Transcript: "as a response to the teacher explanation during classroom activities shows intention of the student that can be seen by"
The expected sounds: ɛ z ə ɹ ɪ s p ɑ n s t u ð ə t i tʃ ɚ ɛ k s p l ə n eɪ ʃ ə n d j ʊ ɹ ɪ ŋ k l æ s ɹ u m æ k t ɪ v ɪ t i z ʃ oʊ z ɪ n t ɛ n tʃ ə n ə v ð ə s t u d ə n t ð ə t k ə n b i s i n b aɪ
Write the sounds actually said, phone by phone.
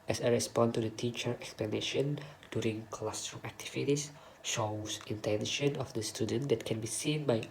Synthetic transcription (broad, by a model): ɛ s ə ɹ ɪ s p ɑ n t u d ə t i tʃ ɚ ɛ k s p l ə n eɪ ʃ ə n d j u ɹ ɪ ŋ k l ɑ s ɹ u æ k t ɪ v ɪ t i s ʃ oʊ s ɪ n t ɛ n ʃ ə n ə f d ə s t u d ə n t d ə t k ə n b i s i n b aɪ